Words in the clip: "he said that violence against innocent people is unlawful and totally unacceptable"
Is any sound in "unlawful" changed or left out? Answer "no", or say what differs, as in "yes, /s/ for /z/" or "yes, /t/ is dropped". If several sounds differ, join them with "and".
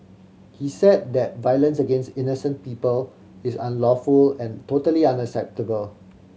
no